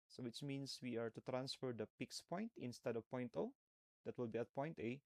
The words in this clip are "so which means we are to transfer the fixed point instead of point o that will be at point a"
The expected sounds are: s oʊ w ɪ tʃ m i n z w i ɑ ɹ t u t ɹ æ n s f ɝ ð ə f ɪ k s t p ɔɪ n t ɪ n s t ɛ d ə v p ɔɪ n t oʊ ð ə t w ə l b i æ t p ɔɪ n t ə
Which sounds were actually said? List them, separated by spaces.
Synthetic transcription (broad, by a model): s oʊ w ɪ tʃ m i n s w i ɑ ɹ t u t ɹ æ n s f ɝ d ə p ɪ k s p ɔɪ n t ɪ n s t ɛ d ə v p ɔɪ n t oʊ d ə t w ə l b i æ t p ɔɪ n t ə